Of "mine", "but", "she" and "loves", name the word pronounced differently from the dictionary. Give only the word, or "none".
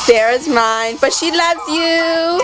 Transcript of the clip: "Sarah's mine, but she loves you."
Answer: none